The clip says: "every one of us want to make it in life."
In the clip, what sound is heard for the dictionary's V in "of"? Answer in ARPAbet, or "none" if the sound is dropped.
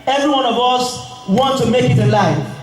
V